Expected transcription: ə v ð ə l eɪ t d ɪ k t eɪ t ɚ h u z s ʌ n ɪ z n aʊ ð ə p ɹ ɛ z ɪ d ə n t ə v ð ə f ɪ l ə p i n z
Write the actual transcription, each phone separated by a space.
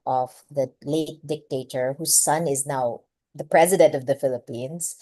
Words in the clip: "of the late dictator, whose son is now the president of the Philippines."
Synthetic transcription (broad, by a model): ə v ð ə l eɪ t d ɪ k t eɪ t ɚ h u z s ʌ n ɪ z n aʊ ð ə p ɹ ɛ z ɪ d ə n t ə v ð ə f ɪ l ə p i n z